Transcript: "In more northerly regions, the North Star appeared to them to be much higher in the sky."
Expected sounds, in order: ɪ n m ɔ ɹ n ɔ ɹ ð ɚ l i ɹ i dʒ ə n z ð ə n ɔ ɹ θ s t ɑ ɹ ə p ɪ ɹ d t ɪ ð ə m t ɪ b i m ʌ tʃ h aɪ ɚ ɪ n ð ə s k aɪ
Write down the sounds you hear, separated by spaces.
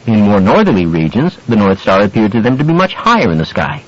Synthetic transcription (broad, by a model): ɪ n m ɔ ɹ n ɔ ɹ ð ɚ l i ɹ i dʒ ə n z ð ə n ɔ ɹ θ s t ɑ ɹ ə p ɪ ɹ d t ɪ ð ə m t ɪ b i m ʌ tʃ h aɪ ɚ ɪ n ð ə s k aɪ